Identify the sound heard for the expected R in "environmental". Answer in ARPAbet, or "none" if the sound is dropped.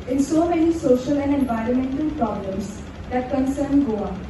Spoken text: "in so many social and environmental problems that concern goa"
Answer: R